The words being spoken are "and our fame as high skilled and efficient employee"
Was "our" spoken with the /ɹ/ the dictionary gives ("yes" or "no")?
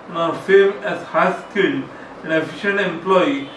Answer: yes